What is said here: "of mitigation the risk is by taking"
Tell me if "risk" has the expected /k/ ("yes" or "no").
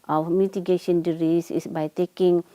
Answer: no